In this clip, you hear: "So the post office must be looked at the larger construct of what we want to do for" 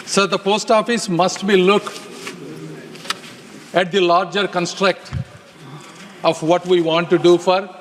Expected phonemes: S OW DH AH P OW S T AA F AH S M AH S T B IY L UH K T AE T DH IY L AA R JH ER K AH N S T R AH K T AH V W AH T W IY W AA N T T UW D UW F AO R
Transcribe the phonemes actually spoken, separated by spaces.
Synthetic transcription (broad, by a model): S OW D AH P OW S T AA F AH S M AH S T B IY L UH K AE T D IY L AA R JH ER K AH N S T R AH K T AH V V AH T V IY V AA N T T UW D UW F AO R